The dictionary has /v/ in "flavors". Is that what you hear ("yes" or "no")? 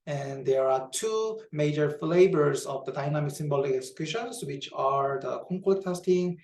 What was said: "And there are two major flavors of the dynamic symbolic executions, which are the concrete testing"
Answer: no